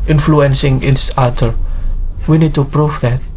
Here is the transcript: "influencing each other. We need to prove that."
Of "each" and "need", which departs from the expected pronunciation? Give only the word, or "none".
each